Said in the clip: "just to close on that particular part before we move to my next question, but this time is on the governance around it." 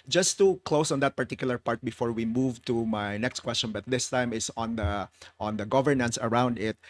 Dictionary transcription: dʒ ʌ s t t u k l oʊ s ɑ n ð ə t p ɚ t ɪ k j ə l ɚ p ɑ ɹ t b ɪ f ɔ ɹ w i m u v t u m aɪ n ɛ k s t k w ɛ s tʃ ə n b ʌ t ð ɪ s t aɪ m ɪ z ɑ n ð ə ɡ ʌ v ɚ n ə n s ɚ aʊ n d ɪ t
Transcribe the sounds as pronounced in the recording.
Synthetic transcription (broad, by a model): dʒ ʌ s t t u k l oʊ s ɑ n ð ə t p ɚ t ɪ k j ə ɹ p ɑ ɹ t b ɪ f ɔ ɹ w i m u v t u m aɪ n ɛ k s t k w ɛ s tʃ ə n b ʌ t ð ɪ s t aɪ m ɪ s ɑ n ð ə ɡ ʌ v ɚ n ə n s ɚ aʊ n d ɪ t